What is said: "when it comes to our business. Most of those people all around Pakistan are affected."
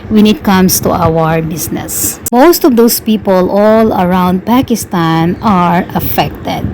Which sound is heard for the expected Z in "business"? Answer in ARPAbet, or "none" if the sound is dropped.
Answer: S